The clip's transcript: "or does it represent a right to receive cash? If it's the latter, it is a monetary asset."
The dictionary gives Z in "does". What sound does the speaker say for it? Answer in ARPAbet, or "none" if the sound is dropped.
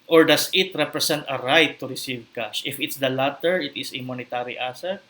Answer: S